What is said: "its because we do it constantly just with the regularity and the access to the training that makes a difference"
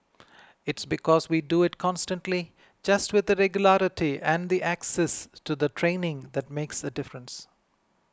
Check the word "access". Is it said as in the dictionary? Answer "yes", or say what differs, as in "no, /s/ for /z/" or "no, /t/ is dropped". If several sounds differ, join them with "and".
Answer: yes